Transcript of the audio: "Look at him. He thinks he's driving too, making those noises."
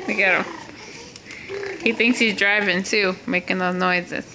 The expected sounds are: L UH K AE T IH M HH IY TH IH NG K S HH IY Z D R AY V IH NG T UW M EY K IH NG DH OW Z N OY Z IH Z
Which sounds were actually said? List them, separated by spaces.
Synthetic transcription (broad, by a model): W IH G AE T IH M HH IY TH IH NG K S HH IY Z D R AY V IH NG T UW M EY K IH NG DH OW N OY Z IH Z